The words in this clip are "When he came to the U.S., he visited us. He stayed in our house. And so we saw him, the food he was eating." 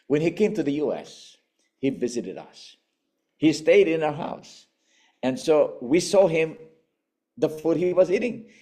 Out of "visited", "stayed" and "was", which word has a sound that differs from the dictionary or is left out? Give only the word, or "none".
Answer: none